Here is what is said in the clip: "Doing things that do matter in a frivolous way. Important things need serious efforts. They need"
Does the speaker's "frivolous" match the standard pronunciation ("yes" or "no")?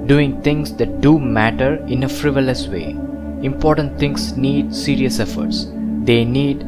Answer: yes